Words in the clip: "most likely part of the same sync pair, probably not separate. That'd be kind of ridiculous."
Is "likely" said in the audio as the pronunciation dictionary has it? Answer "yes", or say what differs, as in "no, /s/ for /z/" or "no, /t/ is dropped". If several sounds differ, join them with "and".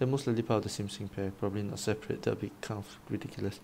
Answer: no, /k/ is dropped